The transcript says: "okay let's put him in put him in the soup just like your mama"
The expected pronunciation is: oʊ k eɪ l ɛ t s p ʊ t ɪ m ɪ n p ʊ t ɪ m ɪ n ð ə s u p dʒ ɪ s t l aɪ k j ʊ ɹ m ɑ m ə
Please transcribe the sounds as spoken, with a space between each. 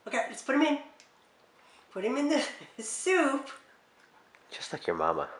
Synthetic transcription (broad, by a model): oʊ k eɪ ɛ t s p ʊ t ɪ m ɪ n p ʊ t ɪ m ɪ n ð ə s u p tʃ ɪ s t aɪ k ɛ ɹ m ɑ m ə